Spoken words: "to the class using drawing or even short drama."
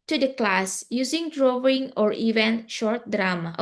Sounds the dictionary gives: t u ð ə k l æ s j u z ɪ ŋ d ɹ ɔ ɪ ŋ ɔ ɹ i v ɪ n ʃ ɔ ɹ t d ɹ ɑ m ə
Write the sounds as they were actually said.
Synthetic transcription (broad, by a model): t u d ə k l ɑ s j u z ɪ ŋ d ɹ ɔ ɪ ŋ ɔ ɹ i v ɪ n ʃ ɔ ɹ t d ɹ ɑ m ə